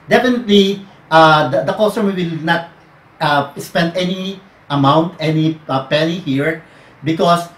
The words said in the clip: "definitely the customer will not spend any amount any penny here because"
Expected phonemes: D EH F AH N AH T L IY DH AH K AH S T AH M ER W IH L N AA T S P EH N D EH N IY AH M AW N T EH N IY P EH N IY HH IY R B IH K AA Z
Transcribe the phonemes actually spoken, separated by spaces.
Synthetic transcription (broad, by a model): D EH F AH N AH T L IY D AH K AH S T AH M W IH L N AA T S P EH N D EH N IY AH M AW N T EH N IY P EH L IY HH IY R B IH K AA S